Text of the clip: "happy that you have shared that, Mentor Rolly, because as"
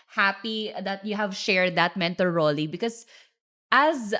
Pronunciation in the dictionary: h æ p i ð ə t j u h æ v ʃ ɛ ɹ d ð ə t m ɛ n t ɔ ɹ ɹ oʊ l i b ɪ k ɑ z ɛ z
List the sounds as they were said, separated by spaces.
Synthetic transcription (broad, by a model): h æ p i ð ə t j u h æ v ʃ ɛ ɹ d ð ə t m ɛ n t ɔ l ɹ oʊ l i b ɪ k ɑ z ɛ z